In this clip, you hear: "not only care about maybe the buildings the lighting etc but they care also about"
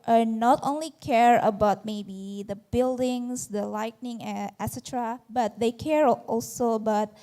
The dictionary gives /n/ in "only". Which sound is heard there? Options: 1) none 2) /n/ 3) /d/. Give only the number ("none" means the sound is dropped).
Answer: 2